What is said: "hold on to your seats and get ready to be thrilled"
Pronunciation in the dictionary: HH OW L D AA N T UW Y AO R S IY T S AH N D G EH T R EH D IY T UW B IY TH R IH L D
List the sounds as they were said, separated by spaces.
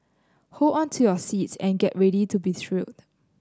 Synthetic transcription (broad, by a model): HH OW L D AA N T UW Y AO S IY T S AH N G EH T R EH D IY T UW B IY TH R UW D